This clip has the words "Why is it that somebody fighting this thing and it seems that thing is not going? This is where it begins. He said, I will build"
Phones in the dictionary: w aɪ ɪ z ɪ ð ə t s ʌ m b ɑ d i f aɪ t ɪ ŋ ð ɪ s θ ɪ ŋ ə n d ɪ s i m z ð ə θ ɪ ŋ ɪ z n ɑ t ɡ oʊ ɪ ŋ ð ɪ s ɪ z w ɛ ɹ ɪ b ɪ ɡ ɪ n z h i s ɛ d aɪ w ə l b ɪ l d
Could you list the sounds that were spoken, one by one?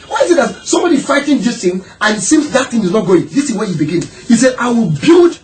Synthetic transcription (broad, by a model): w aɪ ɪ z ɪ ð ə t s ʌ m b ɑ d i f aɪ t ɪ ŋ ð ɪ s t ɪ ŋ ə n ɪ s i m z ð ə t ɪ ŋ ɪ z n ɑ t ɡ oʊ ɪ ŋ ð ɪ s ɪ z w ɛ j ɪ b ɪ ɡ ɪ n h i s ɛ d aɪ w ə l b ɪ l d